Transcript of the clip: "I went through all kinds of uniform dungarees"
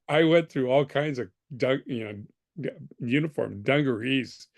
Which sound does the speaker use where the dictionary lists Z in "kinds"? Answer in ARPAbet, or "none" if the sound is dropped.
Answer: Z